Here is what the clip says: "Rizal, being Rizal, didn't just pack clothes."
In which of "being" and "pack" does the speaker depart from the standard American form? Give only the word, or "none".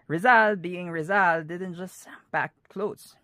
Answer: pack